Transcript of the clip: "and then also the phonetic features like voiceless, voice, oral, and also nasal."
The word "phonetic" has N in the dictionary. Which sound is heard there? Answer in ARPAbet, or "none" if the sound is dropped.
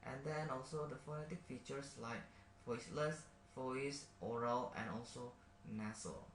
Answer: N